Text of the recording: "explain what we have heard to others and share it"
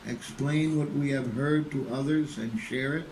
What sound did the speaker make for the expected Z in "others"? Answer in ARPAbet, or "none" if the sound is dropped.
Z